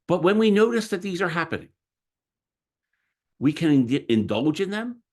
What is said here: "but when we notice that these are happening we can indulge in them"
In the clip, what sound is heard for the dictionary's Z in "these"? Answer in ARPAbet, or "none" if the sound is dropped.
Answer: Z